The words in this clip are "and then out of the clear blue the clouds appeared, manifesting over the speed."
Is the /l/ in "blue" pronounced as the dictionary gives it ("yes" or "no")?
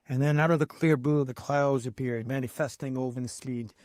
no